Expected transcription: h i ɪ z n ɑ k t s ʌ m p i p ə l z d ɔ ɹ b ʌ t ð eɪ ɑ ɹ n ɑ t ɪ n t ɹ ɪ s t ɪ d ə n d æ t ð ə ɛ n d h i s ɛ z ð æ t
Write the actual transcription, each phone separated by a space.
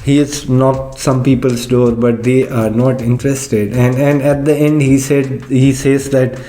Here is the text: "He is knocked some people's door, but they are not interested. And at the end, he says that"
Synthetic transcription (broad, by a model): h i ɪ z n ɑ t s ʌ m p i p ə l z d ɔ ɹ b ʌ t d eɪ ɑ ɹ n ɑ t ɪ n t ɹ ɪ s t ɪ d ə n d æ t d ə ɛ n d h i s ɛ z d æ t